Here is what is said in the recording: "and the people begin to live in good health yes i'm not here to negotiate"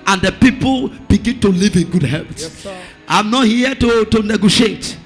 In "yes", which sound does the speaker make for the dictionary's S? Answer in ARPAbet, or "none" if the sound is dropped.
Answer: none